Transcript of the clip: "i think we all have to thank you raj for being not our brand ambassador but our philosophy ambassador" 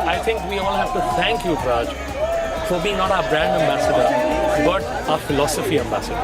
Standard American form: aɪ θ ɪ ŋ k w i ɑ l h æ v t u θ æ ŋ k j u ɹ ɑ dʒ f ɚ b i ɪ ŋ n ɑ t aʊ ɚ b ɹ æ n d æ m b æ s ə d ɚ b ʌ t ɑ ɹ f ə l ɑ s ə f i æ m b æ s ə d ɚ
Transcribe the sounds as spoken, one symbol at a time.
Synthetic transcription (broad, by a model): aɪ t ɪ ŋ k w i ɑ l h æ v t u t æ ŋ k j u ɹ ɑ dʒ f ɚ b i n ɑ t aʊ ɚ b ɹ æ n d æ m b æ s ə d ɚ b ʌ t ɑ f ə l ɑ s ə f i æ m b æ s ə d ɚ